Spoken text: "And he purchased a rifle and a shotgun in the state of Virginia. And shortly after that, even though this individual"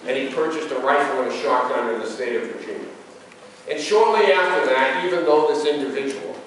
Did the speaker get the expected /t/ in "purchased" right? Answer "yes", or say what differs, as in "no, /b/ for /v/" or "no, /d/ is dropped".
yes